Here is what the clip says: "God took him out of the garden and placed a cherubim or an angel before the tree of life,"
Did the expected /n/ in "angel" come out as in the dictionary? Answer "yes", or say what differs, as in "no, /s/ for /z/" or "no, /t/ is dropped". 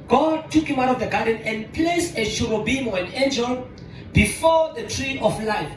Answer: yes